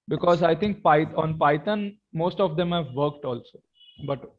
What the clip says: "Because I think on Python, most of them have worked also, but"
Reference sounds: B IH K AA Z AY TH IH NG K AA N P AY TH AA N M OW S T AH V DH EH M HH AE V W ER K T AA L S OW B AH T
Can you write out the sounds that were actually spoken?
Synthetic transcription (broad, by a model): B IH K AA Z AY T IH NG K AA N P AY T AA N M OW S T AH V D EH M HH AE V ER K T AA L S OW B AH T